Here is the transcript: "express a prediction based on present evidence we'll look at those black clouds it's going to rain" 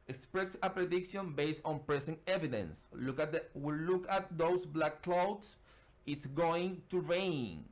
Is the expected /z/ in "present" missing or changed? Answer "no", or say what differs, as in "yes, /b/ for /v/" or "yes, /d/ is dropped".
yes, /s/ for /z/